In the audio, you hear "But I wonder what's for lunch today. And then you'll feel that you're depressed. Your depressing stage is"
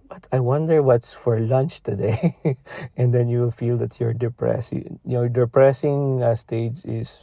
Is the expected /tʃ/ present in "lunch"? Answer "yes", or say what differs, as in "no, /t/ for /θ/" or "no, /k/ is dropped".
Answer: yes